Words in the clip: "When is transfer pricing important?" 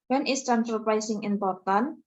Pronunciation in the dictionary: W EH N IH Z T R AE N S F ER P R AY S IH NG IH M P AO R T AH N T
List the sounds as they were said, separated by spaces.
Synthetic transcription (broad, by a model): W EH N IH S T R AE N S ER P R AY S IH NG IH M P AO R T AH N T